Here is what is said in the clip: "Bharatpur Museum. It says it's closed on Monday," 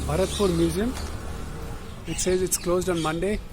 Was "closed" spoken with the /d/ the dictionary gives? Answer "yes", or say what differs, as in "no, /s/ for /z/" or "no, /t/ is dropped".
yes